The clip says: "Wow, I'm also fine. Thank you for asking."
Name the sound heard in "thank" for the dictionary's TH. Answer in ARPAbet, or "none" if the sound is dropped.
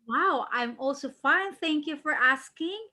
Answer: TH